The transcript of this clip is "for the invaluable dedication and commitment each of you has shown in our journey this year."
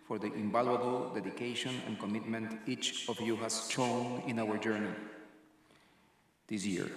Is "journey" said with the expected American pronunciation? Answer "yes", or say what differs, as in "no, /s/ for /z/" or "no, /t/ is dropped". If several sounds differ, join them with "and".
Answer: yes